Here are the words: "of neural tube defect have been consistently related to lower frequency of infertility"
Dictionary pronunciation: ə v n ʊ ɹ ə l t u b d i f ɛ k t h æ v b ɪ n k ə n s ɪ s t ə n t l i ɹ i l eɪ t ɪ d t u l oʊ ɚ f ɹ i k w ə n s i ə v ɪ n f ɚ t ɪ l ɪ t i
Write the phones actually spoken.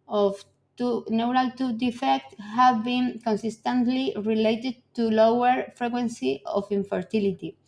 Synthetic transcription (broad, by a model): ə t n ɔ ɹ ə l t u d i f ɛ k t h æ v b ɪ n k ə n s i s t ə n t l i ɹ i l eɪ t ɪ d t u l oʊ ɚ f ɹ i k w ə n s i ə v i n f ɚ t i l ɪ t i